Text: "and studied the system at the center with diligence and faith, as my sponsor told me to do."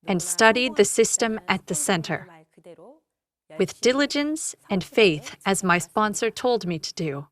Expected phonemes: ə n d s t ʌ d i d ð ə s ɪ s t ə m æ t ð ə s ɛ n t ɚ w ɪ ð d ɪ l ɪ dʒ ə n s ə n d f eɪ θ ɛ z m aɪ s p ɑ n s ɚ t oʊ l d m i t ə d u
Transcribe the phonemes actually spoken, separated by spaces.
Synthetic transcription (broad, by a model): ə n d s t ʌ d i d ð ə s ɪ s t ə m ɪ t ð ə s ɛ n t ɚ w ɪ ð d ɪ l ɪ dʒ ə n s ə n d f eɪ θ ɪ z m aɪ s p ɑ n s ɚ t oʊ l d m i t ə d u